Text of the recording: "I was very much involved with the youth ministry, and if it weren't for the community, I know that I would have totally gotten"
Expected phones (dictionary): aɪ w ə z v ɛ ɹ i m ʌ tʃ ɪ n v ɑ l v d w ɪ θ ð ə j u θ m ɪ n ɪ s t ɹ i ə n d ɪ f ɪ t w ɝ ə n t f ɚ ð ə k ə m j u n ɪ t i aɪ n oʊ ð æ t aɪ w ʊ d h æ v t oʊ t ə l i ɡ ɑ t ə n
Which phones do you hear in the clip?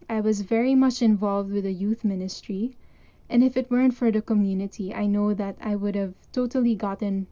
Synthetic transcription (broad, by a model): aɪ w ə z v ɛ ɹ i m ʌ tʃ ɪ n v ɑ l v d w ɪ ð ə j u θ m ɪ n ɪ s t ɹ i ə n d ɪ f ɪ t w ɝ ə n t f ɚ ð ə k ə m j u n ɪ t i aɪ n oʊ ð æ t aɪ w ʊ d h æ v t oʊ t ə l i ɡ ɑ t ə n